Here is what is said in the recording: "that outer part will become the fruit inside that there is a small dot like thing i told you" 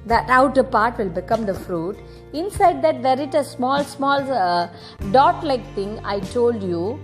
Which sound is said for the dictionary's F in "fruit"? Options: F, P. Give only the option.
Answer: F